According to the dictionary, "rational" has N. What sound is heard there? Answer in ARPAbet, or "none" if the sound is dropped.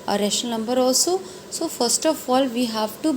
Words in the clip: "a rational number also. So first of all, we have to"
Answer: none